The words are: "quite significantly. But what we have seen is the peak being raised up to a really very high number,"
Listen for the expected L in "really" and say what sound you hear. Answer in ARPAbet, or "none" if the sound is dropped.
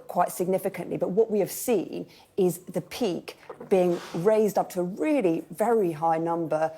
L